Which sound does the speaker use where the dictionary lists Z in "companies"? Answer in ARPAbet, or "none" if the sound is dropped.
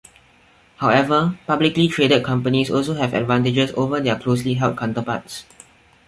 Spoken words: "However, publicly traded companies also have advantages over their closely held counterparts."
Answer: S